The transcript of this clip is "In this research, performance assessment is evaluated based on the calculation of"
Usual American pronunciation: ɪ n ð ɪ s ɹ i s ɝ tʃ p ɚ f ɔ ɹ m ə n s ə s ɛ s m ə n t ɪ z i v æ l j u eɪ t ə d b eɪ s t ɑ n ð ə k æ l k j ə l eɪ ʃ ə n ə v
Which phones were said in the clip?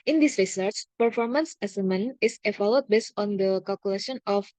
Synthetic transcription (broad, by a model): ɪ n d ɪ s ɹ i s ɝ tʃ p ɚ f ɔ ɹ m ə n s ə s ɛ m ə n ɪ s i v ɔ l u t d b eɪ s t ɑ n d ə k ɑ l k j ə l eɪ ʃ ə n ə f